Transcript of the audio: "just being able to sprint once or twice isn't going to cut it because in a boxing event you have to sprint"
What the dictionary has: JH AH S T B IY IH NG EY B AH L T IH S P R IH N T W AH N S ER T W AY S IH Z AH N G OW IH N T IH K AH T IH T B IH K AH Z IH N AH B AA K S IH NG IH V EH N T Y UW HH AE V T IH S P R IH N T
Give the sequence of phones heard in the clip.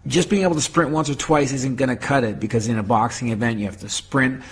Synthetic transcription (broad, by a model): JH AH S B IY IH NG EY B L T IH S P R IH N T W AH N S ER T W AY S IH Z AH N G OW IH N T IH K AH T IH T B IH K AH Z IH N AH B AA K S IH NG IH V EH N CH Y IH HH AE F T IH S P R IH N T